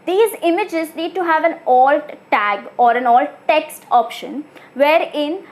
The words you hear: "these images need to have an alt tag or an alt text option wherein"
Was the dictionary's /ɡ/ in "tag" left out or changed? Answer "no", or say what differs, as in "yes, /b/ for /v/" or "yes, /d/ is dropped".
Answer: no